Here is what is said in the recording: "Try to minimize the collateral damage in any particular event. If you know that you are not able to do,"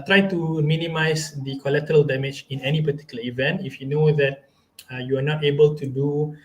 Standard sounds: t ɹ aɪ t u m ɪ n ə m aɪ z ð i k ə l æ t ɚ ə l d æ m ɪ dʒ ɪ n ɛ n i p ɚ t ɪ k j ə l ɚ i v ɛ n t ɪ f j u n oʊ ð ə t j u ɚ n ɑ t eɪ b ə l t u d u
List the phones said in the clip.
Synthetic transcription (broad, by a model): t ɹ aɪ t u m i n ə m aɪ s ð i k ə l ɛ t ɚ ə l d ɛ m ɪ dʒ ɪ n ɛ n i p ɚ t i k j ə l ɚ i v ɛ n t ɪ f j u n oʊ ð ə t j u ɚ n ɑ t eɪ b ə l t u d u